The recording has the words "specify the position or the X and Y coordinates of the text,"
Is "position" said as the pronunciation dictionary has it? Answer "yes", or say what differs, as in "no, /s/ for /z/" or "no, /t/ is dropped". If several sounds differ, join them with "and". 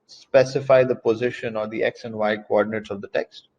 yes